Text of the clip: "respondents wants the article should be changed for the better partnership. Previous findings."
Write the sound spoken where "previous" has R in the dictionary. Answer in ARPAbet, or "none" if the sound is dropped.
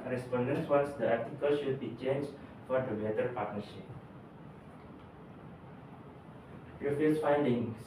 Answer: none